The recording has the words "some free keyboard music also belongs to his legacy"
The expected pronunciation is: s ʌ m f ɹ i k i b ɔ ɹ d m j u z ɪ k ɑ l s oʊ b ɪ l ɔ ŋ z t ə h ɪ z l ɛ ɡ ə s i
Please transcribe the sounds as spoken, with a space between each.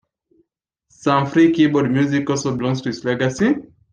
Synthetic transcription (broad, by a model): s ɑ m f ɹ i k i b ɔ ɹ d m j u z ɪ k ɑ s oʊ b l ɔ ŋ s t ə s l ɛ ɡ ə s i